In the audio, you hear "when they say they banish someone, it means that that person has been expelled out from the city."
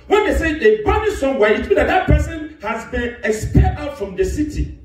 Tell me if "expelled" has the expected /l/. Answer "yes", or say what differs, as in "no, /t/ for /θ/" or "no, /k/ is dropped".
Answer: no, /l/ is dropped